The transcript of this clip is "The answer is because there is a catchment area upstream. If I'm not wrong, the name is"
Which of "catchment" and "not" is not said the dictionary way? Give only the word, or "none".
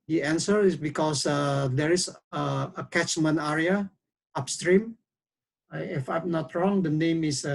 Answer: catchment